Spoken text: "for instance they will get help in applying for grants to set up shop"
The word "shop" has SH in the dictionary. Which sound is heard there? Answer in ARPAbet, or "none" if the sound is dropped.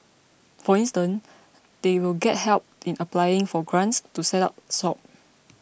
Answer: S